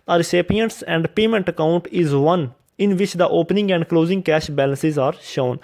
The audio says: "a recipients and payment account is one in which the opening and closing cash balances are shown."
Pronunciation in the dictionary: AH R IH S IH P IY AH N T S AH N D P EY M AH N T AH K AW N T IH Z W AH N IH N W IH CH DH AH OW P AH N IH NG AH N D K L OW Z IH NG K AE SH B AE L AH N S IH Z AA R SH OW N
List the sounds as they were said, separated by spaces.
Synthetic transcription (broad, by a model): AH R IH S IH P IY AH N T S AH N D P EY M AH N T AH K AW N T IH Z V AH N IH N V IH CH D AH OW P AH N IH NG AH N D K L OW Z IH NG K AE SH B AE L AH N S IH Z AA R SH OW N